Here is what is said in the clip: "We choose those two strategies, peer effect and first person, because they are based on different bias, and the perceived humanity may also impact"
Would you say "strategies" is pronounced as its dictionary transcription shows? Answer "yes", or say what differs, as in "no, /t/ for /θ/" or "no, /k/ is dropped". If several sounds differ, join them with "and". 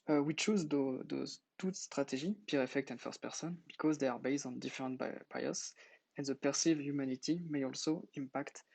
no, /z/ is dropped